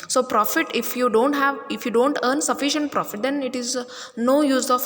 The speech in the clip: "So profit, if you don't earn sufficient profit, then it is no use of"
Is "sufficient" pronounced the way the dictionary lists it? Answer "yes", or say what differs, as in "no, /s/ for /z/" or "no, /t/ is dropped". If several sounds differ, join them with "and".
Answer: yes